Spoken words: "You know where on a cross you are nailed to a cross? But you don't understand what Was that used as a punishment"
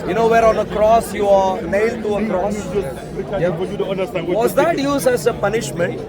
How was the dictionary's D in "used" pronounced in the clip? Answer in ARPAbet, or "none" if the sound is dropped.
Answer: none